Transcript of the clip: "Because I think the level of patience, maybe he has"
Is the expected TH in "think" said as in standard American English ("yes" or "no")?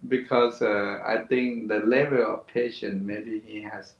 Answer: no